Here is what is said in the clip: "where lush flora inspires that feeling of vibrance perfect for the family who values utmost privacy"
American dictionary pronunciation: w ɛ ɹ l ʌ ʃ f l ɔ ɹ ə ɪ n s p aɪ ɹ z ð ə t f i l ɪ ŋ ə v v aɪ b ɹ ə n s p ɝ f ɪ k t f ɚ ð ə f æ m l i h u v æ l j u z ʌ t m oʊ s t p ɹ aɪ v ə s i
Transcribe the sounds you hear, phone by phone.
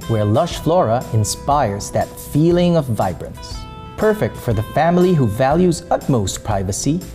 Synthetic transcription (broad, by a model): w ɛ ɹ l ʌ ʃ f l ɔ ɹ ə ɪ n s p aɪ ɹ z ð ə t f i l ɪ ŋ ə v v aɪ b ɹ ə n s p ɝ f ɪ k t f ɚ ð ə f æ m l i h u v æ l j u z ʌ t m oʊ s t p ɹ aɪ v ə s i